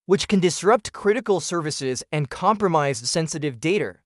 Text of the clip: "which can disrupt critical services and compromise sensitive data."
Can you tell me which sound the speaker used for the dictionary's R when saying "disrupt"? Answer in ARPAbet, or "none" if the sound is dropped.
R